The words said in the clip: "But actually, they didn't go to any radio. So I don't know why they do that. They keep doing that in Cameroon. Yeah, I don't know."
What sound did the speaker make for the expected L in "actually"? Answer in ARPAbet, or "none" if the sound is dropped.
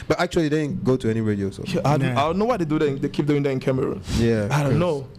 none